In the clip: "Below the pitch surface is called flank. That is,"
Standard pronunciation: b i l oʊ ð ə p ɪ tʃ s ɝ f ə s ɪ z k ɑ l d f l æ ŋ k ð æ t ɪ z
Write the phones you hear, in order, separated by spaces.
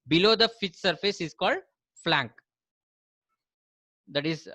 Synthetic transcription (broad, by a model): b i l oʊ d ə f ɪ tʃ s ɝ f ə s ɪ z k ɑ l d f l æ ŋ k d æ t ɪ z